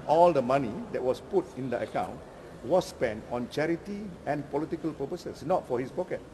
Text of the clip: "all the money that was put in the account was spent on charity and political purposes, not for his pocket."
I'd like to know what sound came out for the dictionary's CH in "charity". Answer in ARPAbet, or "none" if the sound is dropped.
CH